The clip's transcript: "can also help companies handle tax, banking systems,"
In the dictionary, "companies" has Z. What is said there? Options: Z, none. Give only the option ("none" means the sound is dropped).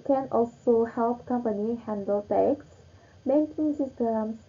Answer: none